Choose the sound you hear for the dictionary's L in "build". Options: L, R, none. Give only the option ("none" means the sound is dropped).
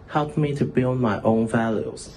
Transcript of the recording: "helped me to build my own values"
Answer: L